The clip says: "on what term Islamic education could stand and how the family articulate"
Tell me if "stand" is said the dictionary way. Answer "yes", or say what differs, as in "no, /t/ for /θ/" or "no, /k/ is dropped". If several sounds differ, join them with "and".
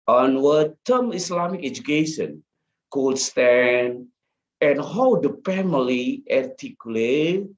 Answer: no, /d/ is dropped